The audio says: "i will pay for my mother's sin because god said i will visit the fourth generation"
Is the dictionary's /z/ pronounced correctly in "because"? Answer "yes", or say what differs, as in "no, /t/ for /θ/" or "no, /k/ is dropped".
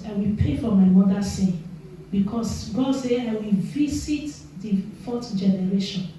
no, /s/ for /z/